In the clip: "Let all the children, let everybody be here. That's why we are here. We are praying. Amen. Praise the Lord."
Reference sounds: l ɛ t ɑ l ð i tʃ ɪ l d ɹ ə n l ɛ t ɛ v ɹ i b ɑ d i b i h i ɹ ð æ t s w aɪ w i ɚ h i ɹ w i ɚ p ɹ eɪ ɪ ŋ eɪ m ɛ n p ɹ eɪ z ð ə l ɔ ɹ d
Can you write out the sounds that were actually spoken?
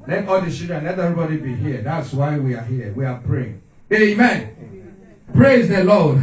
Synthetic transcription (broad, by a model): l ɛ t ɑ l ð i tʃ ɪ d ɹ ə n l ɛ t ɛ v ɹ i b ɑ d i b i h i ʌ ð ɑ t s w aɪ w i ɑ h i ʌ w i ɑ p ɹ eɪ ɪ ŋ eɪ m ɛ n p ɹ eɪ z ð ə l ɔ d